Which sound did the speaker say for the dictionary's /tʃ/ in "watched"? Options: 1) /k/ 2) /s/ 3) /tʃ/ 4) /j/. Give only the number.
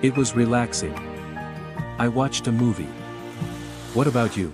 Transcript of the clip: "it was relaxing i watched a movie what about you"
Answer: 3